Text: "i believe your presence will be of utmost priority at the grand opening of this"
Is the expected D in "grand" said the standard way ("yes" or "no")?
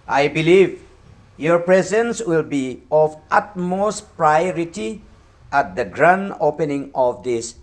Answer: no